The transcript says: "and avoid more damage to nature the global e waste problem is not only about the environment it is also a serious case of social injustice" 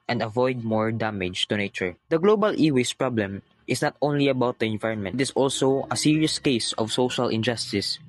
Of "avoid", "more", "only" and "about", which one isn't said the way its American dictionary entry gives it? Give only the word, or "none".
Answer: none